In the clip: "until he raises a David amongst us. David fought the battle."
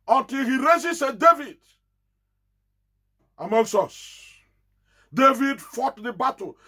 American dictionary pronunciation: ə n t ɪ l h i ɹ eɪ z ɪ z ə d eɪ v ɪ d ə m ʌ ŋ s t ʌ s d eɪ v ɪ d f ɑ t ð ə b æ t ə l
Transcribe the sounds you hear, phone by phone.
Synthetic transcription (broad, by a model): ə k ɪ h i ɹ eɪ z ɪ s ə d eɪ v ɪ d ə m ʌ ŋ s ɔ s d eɪ v ɪ d f ɑ t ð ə b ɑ t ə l